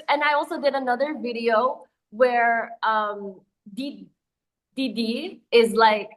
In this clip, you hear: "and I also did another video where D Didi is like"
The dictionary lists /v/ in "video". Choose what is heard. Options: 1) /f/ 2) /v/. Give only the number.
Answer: 2